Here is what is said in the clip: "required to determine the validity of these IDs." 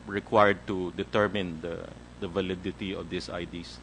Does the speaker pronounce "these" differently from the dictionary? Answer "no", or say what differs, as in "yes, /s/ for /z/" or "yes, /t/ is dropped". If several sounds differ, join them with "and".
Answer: yes, /s/ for /z/